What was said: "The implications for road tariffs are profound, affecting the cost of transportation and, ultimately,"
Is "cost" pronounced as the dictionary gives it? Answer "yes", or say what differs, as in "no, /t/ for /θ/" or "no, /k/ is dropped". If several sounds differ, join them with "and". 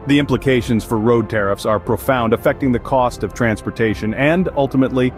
yes